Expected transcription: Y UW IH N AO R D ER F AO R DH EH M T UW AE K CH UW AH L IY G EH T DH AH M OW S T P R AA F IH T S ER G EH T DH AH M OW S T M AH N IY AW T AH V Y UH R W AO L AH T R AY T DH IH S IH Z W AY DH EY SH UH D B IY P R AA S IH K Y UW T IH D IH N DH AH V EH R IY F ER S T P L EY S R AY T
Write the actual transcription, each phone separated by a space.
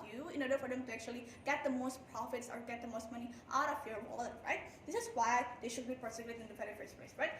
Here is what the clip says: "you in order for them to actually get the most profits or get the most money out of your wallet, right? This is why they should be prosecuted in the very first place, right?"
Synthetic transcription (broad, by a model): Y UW IH N AO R D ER F AO R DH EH M T UW AE K CH UW AH L IY G EH T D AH M OW S T P R AA F IH T S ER G EH T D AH M OW S T M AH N IY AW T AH F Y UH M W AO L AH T R AY T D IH S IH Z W AY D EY SH UH D B IY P AA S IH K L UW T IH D IH N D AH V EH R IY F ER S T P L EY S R AY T